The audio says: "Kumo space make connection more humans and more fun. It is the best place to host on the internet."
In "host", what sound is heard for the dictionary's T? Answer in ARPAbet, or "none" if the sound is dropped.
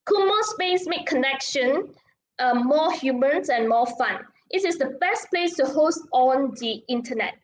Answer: T